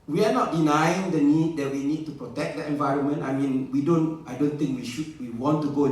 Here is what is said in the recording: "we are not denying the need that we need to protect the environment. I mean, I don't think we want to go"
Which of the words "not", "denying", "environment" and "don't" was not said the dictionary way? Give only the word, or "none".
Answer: none